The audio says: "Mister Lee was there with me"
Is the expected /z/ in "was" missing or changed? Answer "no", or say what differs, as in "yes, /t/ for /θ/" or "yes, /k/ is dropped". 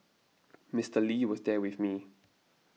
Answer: no